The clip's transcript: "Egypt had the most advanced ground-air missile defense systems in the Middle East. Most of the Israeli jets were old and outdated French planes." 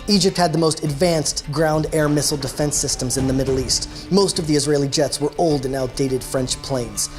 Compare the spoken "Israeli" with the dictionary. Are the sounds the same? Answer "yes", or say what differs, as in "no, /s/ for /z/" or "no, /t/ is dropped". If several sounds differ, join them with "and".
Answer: yes